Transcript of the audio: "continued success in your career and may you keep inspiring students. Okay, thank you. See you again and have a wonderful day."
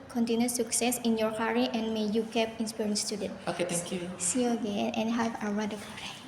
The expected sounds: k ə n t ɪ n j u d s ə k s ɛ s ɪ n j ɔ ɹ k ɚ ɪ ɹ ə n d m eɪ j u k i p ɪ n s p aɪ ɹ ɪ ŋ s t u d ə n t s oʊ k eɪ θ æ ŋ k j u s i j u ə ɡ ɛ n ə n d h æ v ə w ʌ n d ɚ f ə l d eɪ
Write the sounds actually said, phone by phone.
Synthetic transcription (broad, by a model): k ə n t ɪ n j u s ə k s ɛ s ɪ n j ɔ ɹ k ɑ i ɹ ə n m eɪ j u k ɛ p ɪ n s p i ɹ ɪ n s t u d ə n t oʊ k eɪ t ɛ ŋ k j u s i ə ɡ ɛ n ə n h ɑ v ə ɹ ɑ d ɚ p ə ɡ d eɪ